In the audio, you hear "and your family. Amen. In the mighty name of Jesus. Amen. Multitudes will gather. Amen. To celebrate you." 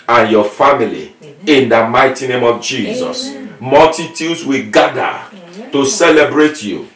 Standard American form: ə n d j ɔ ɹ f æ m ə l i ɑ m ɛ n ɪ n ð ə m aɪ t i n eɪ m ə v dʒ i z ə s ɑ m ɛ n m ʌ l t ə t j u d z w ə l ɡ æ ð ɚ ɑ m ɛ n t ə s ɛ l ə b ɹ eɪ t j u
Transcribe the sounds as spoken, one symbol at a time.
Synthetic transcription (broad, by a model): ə n j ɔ f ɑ m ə l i ɪ n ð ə m aɪ t i n eɪ m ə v dʒ i z ə s m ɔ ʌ l t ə t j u d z w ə ɡ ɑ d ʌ t ə s ɛ l ə b ɹ eɪ t j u